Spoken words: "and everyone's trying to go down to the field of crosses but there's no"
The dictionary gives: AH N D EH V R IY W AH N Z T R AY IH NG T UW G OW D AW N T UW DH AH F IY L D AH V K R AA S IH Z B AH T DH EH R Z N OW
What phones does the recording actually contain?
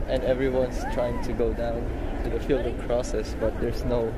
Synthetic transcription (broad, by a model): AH N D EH V R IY W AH N S T R AY IH NG T UW G OW D AW N T UW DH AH F IY L D AH V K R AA S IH S B AH T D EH R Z N OW